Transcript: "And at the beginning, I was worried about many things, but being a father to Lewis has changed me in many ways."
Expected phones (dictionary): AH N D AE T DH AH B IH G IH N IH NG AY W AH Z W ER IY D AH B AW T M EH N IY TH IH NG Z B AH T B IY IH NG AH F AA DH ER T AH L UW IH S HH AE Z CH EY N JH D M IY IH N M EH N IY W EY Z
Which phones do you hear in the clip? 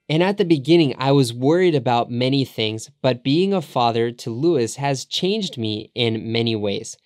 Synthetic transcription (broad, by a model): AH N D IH T DH AH B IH G IH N IH NG AY W AH Z W ER IY D AH B AW T M EH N IY TH IH NG Z B AH T B IY IH NG AH F AA DH ER T AH L UW IH S HH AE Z CH EY N JH D M IY IH N M EH N IY W EY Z